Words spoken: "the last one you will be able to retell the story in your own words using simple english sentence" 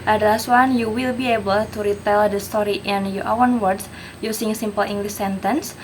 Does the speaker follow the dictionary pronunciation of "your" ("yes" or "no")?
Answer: no